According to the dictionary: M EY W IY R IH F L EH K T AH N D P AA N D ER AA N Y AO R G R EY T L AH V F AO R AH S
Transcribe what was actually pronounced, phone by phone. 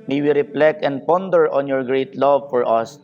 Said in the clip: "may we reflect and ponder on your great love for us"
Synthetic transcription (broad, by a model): M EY W IY R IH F L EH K AH N D P AA N D ER AA N Y AO R G R EY T L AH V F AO R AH S